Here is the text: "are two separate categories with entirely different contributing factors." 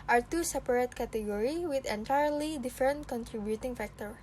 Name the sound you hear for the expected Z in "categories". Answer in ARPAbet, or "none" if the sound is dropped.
none